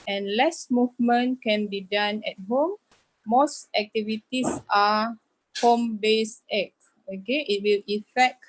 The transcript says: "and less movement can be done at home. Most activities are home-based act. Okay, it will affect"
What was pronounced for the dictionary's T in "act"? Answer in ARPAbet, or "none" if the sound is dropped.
none